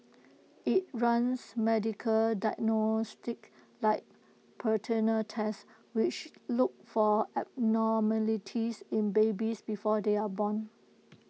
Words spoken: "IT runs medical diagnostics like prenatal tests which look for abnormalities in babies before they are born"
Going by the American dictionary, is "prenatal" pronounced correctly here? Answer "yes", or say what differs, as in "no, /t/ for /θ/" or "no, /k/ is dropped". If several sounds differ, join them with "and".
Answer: no, /ɹ/ is dropped